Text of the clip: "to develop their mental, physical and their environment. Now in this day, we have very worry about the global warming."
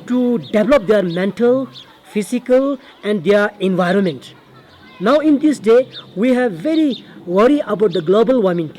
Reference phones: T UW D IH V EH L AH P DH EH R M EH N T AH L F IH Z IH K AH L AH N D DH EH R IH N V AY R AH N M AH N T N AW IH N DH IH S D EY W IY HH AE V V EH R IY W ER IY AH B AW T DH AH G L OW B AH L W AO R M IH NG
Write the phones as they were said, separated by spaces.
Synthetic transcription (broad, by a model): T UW D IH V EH L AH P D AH R M EH N T AH L F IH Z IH K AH L AH N D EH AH R IH N V AY R AH N M AH N T N AW IH N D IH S D EY W IY HH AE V V EH R IY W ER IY AH B AW T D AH G L OW B AH L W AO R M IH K